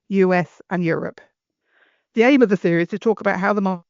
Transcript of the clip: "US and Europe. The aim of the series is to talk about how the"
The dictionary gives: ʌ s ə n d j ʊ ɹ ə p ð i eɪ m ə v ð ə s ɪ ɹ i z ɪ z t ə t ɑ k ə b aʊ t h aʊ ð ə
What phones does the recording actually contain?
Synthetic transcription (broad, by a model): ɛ s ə n j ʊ ɹ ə p ð i eɪ m ə v ð ə θ ɪ i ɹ ɪ z t ə t ɑ k ə b aʊ t h aʊ ð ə